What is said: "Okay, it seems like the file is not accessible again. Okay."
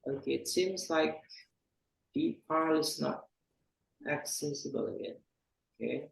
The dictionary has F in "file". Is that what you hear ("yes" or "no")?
no